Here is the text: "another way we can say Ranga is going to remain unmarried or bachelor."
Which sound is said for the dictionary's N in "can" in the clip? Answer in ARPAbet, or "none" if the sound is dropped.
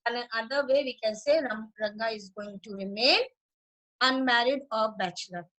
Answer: N